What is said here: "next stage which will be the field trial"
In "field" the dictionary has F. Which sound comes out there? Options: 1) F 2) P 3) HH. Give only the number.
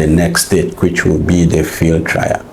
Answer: 1